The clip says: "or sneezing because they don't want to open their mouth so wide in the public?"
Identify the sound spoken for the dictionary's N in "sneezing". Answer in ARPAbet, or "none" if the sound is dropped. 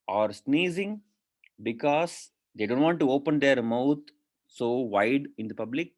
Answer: N